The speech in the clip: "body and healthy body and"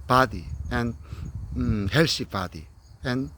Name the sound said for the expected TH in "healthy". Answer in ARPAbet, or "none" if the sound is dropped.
S